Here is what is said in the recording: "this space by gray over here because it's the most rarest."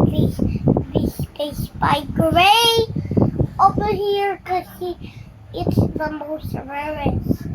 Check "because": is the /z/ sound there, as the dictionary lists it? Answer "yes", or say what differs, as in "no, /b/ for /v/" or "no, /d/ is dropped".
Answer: no, /z/ is dropped